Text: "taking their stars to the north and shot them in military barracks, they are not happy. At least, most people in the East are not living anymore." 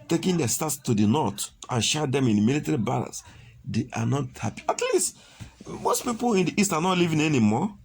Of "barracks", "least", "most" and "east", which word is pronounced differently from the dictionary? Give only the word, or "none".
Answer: barracks